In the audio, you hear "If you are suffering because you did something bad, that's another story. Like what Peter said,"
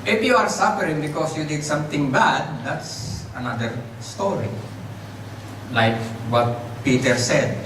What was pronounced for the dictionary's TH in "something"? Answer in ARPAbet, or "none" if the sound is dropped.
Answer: T